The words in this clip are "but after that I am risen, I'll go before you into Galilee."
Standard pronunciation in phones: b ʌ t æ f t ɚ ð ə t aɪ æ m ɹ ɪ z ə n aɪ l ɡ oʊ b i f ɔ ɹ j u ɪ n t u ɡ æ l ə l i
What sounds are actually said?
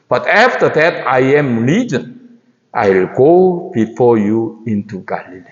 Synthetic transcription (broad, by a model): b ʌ t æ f t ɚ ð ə t aɪ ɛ m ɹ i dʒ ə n aɪ l ɡ oʊ b i f ɔ ɹ j u ɪ n t u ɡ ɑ l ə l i